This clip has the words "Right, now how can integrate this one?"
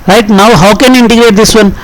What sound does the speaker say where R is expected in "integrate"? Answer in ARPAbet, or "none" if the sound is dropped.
R